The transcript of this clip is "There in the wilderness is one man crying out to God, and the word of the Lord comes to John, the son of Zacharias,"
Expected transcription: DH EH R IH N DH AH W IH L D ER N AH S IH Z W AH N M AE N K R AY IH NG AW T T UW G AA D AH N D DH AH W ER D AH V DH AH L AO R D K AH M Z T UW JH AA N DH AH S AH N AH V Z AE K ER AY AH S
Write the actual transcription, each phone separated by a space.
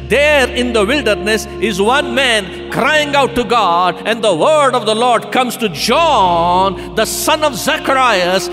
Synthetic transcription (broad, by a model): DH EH R IH N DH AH W IH L D ER N AH S IH Z W AH N M AE N K R AY IH NG AW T T UW G AA D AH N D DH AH W ER D AH V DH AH L AO R D K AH M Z T UW JH AA N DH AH S AH N AH V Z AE K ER AY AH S